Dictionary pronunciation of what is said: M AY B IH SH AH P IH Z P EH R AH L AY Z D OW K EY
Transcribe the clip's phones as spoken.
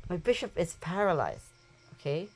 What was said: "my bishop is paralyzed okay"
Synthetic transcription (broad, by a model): M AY B IH SH AH P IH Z P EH R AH L AY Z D OW K EY